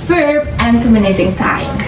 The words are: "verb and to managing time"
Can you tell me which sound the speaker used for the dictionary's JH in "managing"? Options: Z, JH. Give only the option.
Z